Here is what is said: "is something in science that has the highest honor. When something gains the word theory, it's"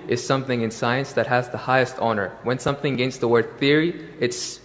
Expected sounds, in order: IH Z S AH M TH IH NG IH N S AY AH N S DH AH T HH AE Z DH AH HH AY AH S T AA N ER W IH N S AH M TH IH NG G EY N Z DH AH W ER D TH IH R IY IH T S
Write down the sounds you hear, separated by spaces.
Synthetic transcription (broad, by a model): IH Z S AH M TH IH NG IH N S AY AH N S DH AH T HH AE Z DH AH HH AY AH S T AA N ER W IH N S AH M TH IH NG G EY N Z DH AH W ER D TH IH R IY IH T S